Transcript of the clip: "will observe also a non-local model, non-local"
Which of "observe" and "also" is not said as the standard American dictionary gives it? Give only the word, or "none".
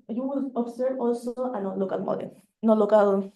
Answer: observe